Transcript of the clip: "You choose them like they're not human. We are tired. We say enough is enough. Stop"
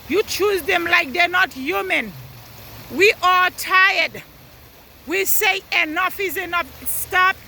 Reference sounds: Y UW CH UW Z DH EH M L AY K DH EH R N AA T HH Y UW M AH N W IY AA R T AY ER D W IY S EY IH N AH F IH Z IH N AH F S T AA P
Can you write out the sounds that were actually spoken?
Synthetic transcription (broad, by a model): Y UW CH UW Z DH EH M L AY K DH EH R N AA T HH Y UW M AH N W IY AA L T AY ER D W IY S EY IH N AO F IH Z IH N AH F S T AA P